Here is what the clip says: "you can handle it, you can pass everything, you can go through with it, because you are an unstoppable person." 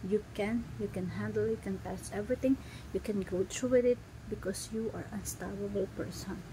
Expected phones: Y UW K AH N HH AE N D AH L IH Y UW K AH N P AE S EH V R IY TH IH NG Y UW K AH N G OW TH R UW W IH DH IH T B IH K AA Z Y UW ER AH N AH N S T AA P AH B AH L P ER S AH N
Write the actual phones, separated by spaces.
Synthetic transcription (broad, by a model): Y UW K AH N HH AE N D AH L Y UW K AH N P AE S EH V R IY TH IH NG Y UW K AH N G OW T R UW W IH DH IH T B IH K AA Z Y UW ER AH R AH N S T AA B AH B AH L P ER S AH N